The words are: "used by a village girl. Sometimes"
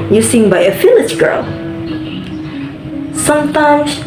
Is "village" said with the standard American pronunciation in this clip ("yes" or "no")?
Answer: no